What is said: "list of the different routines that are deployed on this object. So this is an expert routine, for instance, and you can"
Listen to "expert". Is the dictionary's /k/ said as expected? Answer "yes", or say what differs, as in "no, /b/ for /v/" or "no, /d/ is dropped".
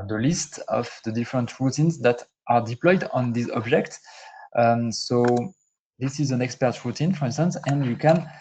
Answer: yes